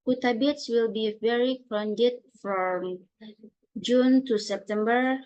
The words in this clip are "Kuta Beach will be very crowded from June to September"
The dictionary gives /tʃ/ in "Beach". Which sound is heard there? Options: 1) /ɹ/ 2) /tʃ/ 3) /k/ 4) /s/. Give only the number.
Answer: 4